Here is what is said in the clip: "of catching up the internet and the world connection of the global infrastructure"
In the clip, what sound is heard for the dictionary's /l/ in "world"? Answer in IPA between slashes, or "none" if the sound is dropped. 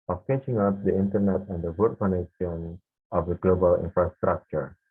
none